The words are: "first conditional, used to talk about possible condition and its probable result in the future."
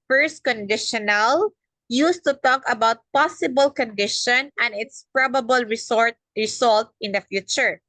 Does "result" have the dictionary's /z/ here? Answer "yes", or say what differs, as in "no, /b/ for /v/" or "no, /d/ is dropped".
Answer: no, /s/ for /z/